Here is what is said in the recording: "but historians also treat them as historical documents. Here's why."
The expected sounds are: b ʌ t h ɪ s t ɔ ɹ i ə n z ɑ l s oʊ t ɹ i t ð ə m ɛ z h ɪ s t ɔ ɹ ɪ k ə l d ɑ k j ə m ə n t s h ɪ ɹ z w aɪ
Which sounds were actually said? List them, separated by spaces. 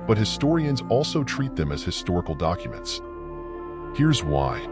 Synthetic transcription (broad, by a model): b ʌ t h ɪ s t ɔ ɹ i ə n z ɑ l s oʊ t ɹ i t ð ə m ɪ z h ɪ s t ɔ ɹ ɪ k l d ɑ k j ə m ə n t s h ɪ ɹ z w aɪ